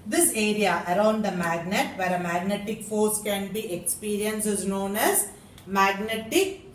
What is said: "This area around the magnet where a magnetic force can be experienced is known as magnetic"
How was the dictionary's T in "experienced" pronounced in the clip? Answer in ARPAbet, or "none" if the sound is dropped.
none